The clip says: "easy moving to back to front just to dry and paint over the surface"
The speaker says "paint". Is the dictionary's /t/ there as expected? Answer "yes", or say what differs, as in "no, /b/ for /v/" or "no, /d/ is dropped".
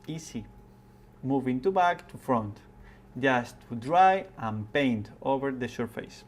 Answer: yes